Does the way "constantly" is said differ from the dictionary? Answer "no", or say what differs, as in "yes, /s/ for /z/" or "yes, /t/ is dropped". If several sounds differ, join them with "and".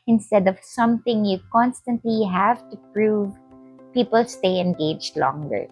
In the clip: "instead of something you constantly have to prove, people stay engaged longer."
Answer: no